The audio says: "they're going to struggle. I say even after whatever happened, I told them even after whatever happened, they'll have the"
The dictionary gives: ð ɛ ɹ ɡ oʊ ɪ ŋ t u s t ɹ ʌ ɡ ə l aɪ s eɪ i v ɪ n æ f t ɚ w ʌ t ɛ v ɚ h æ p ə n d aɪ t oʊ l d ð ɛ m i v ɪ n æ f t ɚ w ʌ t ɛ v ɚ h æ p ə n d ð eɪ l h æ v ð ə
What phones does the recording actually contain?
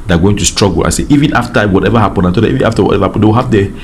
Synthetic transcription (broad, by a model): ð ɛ ɡ oʊ ɪ ŋ t u s t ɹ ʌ ɡ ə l aɪ s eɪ i v ɪ n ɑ f t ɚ w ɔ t ɛ v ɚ h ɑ p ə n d aɪ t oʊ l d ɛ i v ɪ n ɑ f t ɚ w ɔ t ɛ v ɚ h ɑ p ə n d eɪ w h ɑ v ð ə